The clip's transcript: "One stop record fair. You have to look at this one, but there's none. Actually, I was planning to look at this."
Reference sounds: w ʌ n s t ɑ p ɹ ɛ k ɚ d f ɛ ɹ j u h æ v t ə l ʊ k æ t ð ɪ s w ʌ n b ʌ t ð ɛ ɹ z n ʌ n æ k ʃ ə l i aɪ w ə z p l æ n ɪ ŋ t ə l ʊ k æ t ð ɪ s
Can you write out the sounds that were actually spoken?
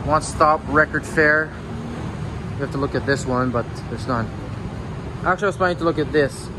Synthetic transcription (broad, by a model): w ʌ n s t ɑ p ɹ ɛ k ɚ d f ɛ ɹ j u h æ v t ə l ʊ k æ t ð ɪ s w ʌ n b ʌ t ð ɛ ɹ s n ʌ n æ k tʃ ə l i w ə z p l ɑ ɪ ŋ t ə l ʊ k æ t ð ɪ s